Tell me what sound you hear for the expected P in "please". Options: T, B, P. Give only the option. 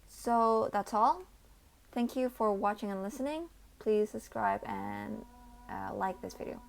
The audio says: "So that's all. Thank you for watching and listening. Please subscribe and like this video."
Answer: P